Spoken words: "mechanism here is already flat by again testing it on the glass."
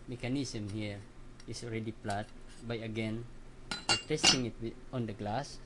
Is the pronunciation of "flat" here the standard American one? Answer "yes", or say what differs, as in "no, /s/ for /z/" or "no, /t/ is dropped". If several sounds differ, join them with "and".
no, /p/ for /f/